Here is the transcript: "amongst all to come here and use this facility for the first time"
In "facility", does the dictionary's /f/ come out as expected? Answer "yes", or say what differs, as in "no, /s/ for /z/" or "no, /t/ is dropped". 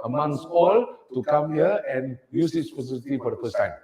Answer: no, /p/ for /f/